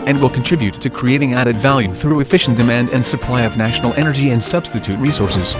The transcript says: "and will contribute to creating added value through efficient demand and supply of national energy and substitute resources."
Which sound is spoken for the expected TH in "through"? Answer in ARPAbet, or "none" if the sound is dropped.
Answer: TH